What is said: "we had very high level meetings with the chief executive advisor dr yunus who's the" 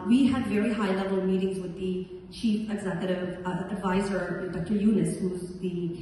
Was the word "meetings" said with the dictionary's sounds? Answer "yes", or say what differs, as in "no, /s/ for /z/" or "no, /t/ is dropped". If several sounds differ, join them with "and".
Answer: yes